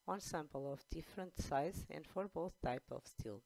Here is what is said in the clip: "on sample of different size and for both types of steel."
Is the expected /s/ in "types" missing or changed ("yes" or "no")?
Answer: yes